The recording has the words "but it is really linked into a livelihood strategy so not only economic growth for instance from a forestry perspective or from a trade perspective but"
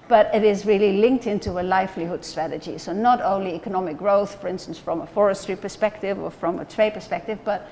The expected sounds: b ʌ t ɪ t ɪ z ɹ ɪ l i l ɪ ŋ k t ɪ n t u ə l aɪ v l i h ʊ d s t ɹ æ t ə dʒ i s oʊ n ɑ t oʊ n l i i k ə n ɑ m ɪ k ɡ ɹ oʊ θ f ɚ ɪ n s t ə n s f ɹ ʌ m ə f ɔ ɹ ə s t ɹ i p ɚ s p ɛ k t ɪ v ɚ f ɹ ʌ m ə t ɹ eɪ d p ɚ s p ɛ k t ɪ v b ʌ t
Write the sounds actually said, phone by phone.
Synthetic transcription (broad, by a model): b ʌ t ɪ t ɪ z ɹ ɪ l i l ɪ ŋ k t ɪ n t u ə l aɪ f l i h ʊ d s t ɹ æ t ə dʒ i s oʊ n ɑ t oʊ n l i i k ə n ɑ m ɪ k ɡ ɹ oʊ θ f ɚ ɪ n s t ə n s f ɹ ʌ m ə f ɔ ɹ ə s t ɹ i p ɚ s p ɛ k t ɪ v ɚ f ɹ ʌ m ə t ɹ eɪ d p ɚ s p ɛ k t ɪ v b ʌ t